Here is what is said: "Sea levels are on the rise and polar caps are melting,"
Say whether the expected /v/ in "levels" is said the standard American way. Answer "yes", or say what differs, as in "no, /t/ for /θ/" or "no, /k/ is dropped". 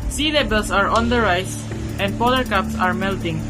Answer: no, /b/ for /v/